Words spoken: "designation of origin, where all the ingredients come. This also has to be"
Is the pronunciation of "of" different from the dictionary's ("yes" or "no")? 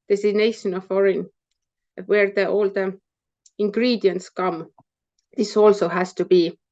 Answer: yes